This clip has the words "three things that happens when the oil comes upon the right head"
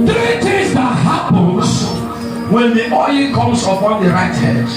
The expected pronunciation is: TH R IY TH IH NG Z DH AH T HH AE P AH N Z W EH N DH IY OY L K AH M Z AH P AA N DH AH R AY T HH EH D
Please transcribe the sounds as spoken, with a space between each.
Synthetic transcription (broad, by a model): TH R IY T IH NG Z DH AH T HH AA P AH N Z W EH N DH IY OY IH K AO M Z AH P AA N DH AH R AY T HH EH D